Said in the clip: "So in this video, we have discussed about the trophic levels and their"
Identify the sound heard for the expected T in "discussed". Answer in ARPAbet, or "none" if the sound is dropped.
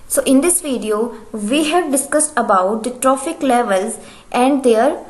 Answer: T